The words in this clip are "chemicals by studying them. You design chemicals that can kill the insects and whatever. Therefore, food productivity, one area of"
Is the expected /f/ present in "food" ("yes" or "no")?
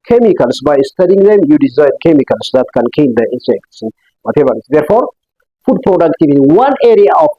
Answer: yes